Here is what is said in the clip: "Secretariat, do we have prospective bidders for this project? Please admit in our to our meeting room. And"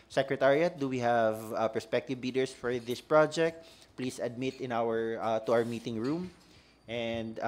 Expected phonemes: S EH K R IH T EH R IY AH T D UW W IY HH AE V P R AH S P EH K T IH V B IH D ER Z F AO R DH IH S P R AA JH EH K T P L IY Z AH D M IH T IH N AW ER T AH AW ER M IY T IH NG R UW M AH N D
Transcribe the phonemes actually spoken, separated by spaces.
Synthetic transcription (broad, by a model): S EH K R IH T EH R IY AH T D UW W IY HH AE V P R S P EH K T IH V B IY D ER S F AO R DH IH S P R AA JH EH K T P L IY S AH D M IH T IH N AW ER T AH AW ER M IY T IH NG R UW M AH N D